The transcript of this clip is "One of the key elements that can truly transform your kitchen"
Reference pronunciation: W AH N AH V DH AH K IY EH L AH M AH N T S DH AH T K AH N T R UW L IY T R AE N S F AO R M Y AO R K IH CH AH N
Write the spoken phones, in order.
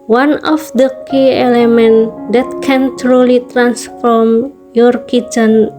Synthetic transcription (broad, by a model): W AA N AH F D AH K IY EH L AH M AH N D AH T K AH N T R UW L IY T R AE N S F AO R M Y AO R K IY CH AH N